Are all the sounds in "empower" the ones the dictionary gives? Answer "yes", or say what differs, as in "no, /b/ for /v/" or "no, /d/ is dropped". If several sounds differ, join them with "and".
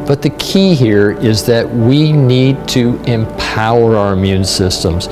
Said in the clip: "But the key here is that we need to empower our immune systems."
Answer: yes